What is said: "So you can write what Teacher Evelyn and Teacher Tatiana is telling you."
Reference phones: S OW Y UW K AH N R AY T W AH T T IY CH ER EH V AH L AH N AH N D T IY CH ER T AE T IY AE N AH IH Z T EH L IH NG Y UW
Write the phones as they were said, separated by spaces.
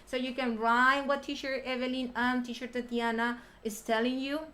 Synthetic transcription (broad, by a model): S OW Y UW K AH N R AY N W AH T T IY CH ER EH V AH L AH N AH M T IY SH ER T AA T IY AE N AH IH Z T EH L IH NG Y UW